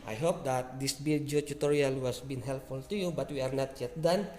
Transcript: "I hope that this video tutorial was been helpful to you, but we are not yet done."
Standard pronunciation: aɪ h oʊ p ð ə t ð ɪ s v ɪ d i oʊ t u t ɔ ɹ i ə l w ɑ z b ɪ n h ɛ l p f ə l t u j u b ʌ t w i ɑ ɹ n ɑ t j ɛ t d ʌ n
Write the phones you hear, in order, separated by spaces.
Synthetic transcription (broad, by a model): aɪ h oʊ p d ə t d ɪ s b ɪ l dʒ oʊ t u t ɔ ɹ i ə l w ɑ s b ɪ n h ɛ l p f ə l t u j u b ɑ t w i ɑ ɹ n ɑ t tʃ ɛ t d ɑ n